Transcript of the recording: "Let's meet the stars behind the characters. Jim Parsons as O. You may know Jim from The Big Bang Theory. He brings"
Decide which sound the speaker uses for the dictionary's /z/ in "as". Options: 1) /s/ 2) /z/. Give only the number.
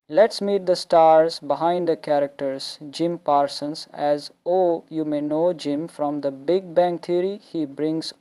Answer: 2